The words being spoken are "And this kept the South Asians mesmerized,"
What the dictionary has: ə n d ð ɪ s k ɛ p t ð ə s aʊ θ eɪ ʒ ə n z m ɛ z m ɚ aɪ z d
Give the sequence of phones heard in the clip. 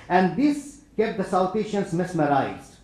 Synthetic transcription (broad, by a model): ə n d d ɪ s k ɛ p t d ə s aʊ t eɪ ʃ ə n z m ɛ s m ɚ aɪ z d